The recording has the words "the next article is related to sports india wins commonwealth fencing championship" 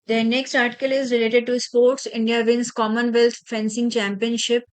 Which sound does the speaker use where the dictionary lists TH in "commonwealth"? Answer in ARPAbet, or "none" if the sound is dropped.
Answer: T